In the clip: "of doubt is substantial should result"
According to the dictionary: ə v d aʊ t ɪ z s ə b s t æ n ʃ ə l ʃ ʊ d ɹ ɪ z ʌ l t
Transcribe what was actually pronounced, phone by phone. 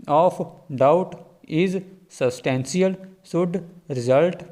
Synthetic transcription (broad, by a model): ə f d aʊ t ɪ z s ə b s t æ n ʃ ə l s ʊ d ɹ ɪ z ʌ l t